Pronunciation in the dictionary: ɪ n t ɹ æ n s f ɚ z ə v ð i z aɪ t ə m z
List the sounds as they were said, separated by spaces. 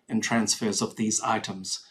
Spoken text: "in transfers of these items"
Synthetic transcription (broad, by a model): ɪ n t ɹ æ n s f ɚ z ə v ð i z aɪ t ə m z